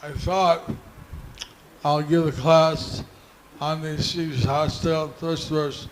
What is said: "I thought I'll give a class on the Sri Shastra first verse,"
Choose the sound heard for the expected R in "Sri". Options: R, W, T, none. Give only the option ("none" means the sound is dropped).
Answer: none